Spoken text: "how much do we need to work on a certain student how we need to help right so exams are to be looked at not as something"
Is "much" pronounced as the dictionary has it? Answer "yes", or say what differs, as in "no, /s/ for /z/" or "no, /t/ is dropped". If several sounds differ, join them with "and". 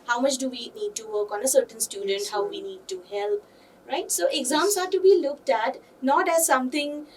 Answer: yes